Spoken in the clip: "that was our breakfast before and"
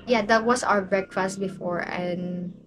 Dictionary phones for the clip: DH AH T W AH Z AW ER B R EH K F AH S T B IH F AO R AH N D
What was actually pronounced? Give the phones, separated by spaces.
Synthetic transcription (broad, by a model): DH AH T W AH S AW ER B R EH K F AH S T B IH F AO R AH N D